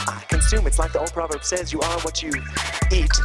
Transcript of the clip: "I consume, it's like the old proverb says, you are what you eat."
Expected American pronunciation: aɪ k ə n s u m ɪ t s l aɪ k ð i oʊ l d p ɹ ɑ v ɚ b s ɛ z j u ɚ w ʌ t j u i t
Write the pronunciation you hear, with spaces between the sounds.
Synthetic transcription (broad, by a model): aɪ k ə n s u m ɪ t s l aɪ k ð i oʊ l d p ɹ ɑ v ɚ b s ɛ z j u ɚ w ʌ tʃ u i t